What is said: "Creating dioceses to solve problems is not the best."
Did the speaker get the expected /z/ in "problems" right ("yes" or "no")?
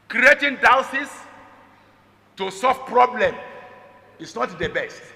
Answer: no